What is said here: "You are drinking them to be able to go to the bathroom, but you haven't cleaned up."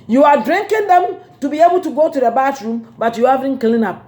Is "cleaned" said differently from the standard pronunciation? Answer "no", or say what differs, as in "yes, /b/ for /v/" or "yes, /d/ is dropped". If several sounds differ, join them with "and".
yes, /d/ is dropped